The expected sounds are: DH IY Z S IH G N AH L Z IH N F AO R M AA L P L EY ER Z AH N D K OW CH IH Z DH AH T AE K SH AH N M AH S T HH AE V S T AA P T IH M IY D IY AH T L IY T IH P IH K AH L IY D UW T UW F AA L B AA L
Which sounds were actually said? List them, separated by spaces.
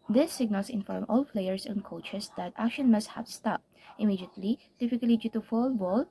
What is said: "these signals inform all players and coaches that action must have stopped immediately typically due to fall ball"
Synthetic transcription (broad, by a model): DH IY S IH G N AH L S IH N F AO R M AA L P L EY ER S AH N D K OW CH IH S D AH T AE K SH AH N M AH S T HH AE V S T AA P T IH M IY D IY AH T L IY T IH F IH K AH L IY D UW T UW F AA L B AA L